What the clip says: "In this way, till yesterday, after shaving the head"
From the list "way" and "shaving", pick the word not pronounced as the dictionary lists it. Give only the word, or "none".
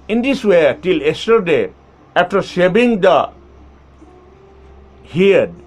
shaving